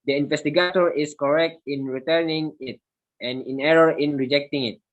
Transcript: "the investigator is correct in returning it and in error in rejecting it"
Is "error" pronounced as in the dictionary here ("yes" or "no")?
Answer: yes